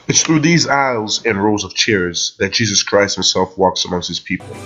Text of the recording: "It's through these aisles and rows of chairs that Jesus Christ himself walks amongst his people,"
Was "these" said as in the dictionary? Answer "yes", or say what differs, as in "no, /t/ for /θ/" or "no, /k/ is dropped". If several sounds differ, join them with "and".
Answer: yes